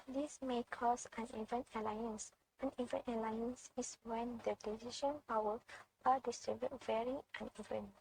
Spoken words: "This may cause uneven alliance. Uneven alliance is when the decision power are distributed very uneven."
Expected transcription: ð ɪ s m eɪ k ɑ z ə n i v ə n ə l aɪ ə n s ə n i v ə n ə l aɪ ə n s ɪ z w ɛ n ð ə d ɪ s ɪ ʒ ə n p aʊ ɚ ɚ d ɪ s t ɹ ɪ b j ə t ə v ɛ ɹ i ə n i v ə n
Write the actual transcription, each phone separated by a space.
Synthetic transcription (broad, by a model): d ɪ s m eɪ k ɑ s ə n i v ə n ə l aɪ ə n s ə n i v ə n ə l aɪ ə n s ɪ s w ɛ n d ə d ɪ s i ʃ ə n p aʊ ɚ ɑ d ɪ s t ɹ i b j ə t v ɛ ɹ i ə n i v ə n